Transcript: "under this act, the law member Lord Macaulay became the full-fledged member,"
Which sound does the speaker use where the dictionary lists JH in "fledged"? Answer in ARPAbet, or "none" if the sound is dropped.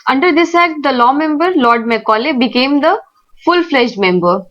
SH